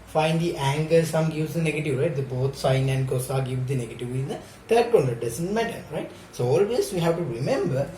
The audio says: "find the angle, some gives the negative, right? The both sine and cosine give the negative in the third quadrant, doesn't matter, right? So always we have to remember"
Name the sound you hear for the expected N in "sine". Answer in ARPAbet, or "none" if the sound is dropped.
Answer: N